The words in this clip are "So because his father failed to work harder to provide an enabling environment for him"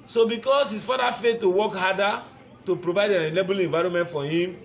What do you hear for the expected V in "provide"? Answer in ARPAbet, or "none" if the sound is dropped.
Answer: V